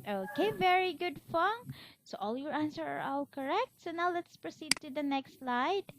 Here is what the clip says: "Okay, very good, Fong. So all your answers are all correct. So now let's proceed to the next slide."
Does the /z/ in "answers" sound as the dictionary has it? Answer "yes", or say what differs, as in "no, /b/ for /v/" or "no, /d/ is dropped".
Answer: no, /z/ is dropped